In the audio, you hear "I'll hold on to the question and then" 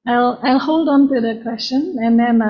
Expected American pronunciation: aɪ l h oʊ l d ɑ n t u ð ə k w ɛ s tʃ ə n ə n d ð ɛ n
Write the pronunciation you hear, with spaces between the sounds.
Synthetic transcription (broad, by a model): aɪ l h oʊ l d ɑ n t u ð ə k w ɛ s tʃ ə n ə n d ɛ n